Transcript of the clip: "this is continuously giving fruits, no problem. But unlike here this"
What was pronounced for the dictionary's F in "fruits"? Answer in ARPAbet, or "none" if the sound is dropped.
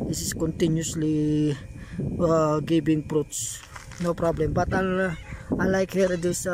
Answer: P